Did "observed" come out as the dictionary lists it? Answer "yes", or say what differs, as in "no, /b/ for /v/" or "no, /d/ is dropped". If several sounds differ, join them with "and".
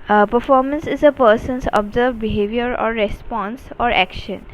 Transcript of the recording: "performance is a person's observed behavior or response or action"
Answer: no, /v/ is dropped